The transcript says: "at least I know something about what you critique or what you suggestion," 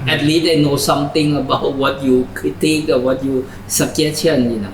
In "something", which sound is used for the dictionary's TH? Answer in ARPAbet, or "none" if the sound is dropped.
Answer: T